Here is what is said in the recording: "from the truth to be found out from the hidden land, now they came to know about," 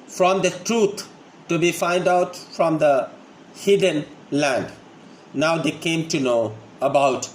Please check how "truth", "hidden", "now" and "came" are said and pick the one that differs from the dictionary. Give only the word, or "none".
truth